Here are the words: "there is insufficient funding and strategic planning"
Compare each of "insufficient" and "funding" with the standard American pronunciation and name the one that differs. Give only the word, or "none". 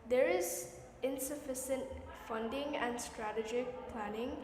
insufficient